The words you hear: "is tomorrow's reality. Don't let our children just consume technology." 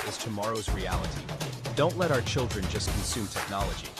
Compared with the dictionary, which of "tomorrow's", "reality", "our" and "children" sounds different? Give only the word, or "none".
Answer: none